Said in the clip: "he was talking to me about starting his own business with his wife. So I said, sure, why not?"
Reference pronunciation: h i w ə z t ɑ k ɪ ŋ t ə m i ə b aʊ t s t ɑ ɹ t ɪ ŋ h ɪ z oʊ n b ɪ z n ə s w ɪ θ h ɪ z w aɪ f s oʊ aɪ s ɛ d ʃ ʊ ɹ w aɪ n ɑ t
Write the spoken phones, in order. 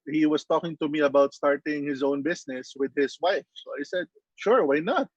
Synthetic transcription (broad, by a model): h i w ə s t ɑ k ɪ ŋ t ə m i ə b aʊ t s t ɑ ɹ t ɪ ŋ h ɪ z oʊ n b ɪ s n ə s w ɪ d h ɪ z w aɪ f s oʊ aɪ s ɛ d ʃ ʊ ɹ w aɪ n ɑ t